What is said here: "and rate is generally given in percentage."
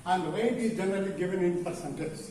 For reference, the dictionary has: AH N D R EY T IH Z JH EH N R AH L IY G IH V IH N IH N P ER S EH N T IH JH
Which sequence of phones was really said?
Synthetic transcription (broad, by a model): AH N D W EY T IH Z JH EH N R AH L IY G IH V IH N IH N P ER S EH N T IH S